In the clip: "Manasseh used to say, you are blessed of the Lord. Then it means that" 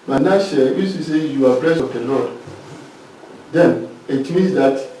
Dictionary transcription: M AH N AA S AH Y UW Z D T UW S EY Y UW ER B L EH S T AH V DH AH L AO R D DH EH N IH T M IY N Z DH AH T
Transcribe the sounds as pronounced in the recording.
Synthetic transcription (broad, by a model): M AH N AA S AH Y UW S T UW S EY Y UW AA B L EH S AH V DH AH L AO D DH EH N IH T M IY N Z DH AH T